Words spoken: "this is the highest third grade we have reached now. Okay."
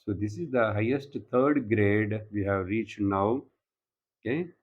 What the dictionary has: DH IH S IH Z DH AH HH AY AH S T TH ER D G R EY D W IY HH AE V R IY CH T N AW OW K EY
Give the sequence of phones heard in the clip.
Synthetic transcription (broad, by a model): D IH S IH Z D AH HH AY AH S T T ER D G R EY D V IY HH AE V R IY CH T N AW OW K EY